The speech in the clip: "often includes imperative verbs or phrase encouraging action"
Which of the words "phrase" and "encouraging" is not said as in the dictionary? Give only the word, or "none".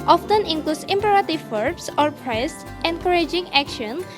phrase